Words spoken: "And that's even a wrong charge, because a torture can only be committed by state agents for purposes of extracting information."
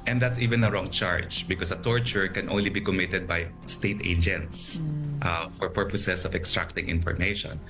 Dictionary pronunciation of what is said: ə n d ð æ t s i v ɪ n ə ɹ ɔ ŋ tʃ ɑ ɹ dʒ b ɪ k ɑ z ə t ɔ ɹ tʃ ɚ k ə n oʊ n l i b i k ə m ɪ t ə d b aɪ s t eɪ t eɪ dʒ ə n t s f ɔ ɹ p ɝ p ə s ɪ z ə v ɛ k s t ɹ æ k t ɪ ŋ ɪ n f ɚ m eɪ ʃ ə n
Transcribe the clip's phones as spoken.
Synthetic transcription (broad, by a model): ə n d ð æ t s i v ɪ n ə ɹ ɔ ŋ tʃ ɑ ɹ dʒ b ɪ k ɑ s ə t ɔ ɹ tʃ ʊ k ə n oʊ n l i b i k ə m ɪ t ə d b aɪ s t eɪ t eɪ dʒ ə n t s f ɔ ɹ p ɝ p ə s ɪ s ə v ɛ k s t ɹ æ k t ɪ ŋ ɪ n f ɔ m eɪ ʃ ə n